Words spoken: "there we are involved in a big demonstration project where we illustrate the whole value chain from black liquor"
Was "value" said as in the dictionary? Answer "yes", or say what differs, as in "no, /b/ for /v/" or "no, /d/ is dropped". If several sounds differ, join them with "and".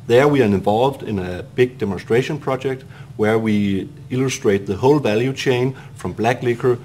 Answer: yes